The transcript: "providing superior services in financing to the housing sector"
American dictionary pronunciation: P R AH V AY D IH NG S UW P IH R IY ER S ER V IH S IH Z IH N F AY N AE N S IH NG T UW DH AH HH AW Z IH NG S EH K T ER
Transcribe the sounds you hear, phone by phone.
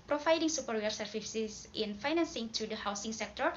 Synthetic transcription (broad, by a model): P R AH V AY D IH NG S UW P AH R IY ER S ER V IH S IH S IH N F AY N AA N S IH NG T UW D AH HH AW S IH NG S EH K T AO